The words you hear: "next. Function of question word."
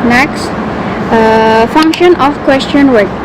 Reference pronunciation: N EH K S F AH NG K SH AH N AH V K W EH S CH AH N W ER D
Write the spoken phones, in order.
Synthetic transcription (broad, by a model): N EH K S F AH NG K SH AH N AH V K W EH S CH AH N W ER